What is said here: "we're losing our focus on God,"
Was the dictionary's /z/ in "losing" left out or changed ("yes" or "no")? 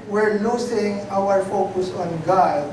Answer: yes